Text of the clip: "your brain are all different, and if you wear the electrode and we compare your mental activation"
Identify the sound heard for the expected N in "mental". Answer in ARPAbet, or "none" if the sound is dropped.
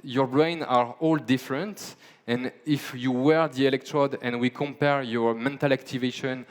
N